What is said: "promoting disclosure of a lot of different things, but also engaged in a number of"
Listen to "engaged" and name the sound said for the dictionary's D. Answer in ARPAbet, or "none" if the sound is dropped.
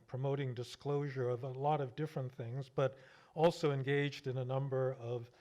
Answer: D